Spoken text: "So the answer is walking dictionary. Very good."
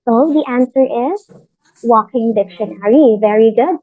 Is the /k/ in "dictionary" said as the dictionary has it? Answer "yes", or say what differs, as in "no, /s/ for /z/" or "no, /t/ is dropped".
yes